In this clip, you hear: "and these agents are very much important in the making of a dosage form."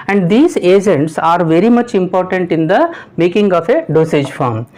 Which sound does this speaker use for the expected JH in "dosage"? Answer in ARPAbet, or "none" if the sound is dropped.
JH